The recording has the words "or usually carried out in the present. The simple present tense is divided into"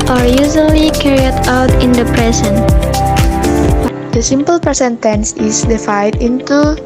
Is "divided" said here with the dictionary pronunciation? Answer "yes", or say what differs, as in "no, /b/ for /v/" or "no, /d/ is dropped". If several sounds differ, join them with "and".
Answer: no, /f/ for /v/